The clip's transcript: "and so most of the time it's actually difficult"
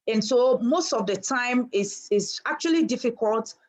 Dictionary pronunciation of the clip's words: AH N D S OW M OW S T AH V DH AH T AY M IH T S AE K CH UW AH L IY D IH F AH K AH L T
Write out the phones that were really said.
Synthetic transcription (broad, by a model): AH N S OW M OW S T AH V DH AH T AY M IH S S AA K CH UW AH L IY D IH F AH K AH L T